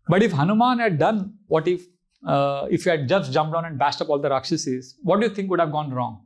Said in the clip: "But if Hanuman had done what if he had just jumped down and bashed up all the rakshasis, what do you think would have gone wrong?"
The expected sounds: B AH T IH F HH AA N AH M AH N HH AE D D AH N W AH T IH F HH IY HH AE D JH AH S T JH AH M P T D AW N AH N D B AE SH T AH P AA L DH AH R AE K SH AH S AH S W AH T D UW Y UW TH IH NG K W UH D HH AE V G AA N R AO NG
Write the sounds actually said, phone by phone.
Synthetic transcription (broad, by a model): B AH T IH F HH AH N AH M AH N HH AE D D AH N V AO T IH F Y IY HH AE D JH AH S T JH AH M P D AW N AH N D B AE S T AH P AA L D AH R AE K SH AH S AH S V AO T D UW Y UW T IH NG K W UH D HH AE V G AA N R AO NG